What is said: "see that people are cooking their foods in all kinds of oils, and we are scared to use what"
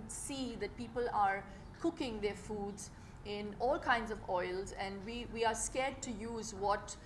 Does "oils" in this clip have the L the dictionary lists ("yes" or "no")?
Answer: yes